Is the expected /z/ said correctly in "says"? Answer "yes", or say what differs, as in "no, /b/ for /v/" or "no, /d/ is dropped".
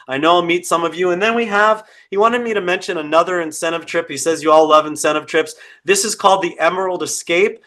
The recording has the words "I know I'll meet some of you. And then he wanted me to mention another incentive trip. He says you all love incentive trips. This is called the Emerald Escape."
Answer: yes